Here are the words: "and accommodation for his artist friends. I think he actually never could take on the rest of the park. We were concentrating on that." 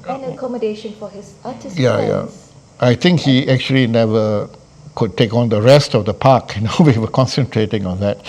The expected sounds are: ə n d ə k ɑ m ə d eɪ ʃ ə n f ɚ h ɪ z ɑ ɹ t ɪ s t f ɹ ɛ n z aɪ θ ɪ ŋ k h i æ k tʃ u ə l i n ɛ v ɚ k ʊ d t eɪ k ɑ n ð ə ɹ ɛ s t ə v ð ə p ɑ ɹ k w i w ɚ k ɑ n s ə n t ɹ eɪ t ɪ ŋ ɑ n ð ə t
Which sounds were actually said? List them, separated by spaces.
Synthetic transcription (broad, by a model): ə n ə k ɑ m ə d eɪ ʃ ə n f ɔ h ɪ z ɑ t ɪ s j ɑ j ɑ aɪ t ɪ ŋ k h i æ k tʃ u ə l i n ɛ v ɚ k ʊ d t eɪ k ɑ n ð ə ɹ ɛ s t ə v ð ə p ɑ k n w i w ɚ k ɑ n s ə n t ɹ eɪ t ɪ ŋ ɑ n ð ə t